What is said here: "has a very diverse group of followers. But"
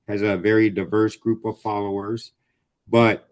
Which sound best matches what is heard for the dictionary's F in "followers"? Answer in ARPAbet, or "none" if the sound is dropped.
F